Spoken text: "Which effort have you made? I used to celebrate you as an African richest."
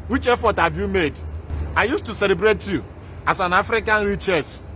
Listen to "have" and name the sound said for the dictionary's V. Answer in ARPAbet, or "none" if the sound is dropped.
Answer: B